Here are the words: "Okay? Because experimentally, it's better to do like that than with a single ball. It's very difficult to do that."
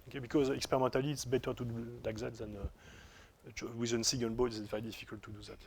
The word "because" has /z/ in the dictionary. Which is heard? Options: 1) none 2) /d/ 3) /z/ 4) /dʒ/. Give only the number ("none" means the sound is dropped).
3